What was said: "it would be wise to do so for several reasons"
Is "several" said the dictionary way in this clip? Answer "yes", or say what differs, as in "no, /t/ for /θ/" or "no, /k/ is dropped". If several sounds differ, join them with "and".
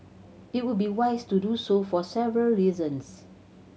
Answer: yes